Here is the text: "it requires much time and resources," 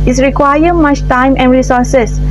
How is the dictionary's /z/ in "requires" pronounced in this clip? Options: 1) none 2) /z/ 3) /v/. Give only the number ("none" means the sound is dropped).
1